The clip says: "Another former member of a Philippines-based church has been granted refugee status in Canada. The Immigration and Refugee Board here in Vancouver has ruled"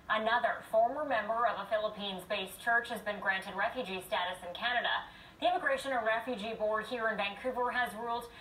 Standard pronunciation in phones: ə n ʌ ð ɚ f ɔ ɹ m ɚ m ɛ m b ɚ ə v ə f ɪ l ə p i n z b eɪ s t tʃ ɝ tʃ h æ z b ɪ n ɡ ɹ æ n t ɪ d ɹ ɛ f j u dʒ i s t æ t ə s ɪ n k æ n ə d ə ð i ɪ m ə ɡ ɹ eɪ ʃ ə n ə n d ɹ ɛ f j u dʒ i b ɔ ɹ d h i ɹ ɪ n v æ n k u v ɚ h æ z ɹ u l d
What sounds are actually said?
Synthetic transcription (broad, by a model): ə n ʌ ð ɚ f ɔ ɹ m ɚ m ɛ m b ɚ ə v ə f ɪ l ə p i n z b eɪ s tʃ ɝ tʃ h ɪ z b ɪ n ɡ ɹ æ n t ɪ d ɹ ɛ f j u dʒ i s t æ t ə s ɪ n k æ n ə d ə ð i ɪ m ə ɡ ɹ eɪ ʃ ə n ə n ɹ ɛ f j u dʒ i b ɔ ɹ d h i ɹ ɪ n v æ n k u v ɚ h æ z ɹ u l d